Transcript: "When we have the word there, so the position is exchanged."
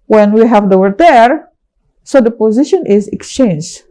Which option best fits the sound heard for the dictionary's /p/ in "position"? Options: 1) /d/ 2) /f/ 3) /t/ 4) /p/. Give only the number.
4